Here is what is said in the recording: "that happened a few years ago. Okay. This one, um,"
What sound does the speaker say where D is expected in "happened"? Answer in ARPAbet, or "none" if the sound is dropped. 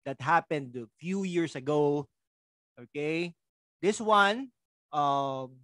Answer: D